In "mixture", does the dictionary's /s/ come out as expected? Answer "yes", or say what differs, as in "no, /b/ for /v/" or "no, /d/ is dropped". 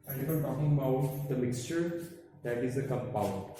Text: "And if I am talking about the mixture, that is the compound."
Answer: yes